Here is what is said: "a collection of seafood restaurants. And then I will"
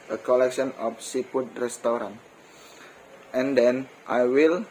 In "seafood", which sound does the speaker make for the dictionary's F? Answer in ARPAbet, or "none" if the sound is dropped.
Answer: P